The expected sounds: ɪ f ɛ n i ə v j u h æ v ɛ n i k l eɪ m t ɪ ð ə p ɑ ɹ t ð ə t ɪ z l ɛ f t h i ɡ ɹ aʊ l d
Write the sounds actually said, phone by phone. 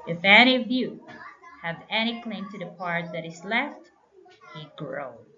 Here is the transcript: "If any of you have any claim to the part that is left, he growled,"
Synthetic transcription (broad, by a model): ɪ f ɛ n i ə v j u h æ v ɛ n i k l eɪ m t ɪ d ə p ɑ ɹ t ð ə t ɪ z l ɛ f t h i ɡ ɹ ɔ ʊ